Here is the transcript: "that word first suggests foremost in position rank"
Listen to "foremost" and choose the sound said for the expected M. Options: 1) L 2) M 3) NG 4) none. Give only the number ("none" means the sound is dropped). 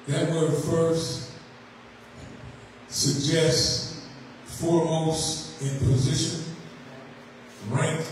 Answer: 4